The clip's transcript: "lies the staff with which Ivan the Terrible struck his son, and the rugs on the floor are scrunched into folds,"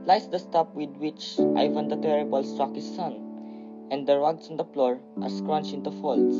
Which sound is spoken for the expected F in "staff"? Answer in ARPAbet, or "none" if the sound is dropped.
P